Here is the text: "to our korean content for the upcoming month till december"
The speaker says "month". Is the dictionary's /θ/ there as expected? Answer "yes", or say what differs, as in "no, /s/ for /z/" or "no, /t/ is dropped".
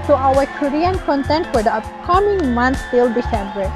no, /s/ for /θ/